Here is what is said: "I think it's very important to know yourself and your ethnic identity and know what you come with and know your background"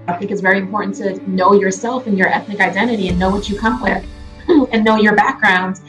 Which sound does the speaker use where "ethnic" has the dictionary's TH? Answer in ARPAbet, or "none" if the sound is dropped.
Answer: TH